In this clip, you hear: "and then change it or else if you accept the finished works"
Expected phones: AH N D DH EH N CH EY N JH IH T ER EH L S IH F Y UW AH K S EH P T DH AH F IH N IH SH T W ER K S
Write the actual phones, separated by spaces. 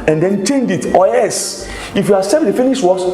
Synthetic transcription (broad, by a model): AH N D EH N CH EY N JH IH T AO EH S IH F Y UW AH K S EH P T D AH F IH N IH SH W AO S